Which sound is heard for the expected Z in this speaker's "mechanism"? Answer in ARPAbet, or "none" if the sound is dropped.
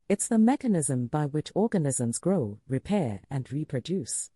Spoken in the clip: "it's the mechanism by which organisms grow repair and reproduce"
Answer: Z